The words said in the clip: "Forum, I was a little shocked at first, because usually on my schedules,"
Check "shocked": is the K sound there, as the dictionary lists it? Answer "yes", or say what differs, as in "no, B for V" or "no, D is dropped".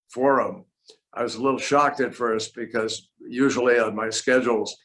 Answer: yes